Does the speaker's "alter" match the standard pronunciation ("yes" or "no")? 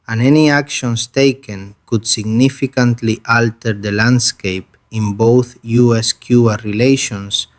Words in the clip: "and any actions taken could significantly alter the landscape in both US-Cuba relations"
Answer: yes